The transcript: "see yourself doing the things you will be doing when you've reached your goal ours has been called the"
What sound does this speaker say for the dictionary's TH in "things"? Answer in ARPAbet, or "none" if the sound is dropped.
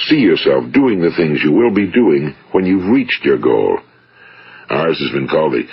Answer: TH